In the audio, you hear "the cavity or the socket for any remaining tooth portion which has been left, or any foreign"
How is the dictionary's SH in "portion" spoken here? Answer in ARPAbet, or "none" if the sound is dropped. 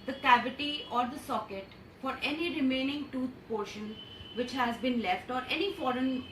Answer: SH